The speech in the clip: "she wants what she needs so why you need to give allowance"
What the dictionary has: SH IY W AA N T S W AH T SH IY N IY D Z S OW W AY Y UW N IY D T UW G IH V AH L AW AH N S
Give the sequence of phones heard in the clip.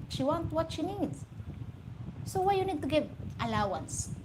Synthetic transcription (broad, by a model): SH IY W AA N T W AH T SH IY N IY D S OW W AY Y UW N IY D T UW G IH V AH L AW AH N S